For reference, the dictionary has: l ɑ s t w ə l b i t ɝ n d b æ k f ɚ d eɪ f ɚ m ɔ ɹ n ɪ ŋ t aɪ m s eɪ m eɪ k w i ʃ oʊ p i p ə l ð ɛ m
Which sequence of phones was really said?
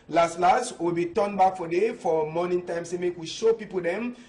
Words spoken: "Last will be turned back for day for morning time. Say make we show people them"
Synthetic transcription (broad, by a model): l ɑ s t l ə w b i t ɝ n b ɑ k f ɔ d eɪ f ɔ m ɔ n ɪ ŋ t aɪ m s eɪ m eɪ k w i ʃ oʊ p i p ə l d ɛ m